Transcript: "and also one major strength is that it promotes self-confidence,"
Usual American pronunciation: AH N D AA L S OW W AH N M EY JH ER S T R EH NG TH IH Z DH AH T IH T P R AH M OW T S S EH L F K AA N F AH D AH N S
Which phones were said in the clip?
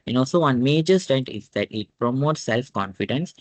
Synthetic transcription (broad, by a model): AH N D AA L S OW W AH N M EY JH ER S T R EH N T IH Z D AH T IH T P R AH M OW T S S EH L F K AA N F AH D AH N S